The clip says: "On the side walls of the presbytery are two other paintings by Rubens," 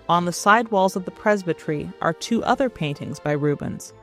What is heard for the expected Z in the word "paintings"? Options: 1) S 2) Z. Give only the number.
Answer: 2